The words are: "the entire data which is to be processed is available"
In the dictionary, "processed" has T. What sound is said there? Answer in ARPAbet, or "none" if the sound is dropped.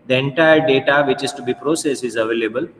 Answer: none